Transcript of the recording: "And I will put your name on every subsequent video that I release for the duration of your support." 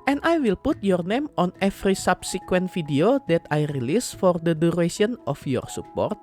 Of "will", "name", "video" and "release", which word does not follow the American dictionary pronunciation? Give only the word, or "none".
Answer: video